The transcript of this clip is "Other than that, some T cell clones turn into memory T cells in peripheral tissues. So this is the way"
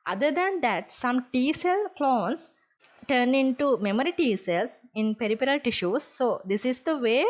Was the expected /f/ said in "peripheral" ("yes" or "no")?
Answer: no